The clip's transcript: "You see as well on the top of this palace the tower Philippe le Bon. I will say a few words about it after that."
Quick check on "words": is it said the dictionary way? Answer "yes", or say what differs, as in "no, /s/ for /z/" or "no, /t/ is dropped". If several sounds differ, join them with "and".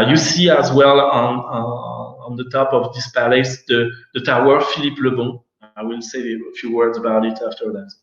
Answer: yes